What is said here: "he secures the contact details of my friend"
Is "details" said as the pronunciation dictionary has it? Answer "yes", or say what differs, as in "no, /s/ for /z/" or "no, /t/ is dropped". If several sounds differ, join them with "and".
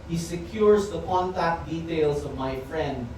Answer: no, /s/ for /z/